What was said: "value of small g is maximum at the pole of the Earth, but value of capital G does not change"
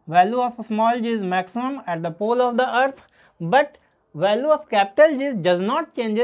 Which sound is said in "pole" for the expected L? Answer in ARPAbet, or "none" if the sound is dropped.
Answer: L